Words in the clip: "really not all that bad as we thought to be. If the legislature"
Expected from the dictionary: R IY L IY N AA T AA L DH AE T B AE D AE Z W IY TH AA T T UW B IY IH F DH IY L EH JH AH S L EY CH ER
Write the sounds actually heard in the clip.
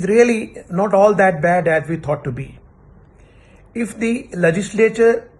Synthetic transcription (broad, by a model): R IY L IY N AA T AA L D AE T B AE D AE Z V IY T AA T T UW B IY IH F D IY L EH JH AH S L EY CH ER